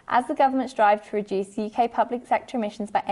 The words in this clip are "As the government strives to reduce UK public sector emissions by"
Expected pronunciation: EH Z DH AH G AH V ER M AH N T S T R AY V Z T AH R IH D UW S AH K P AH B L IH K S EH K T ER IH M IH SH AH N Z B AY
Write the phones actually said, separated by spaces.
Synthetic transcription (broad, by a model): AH Z DH AH G AH V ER M AH N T S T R AY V T AH R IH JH UW S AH K P AH B L IH K S EH K T ER IH M IH SH AH N Z B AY